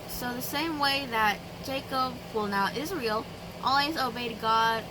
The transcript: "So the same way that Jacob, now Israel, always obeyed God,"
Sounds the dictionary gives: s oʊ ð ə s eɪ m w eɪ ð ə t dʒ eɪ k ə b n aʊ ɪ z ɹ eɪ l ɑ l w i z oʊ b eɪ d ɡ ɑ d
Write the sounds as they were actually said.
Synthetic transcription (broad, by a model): s oʊ ð ə s eɪ m w eɪ ð ə t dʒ eɪ k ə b n aʊ ɪ z ɹ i l ɑ l w i z oʊ b eɪ d ɡ ɑ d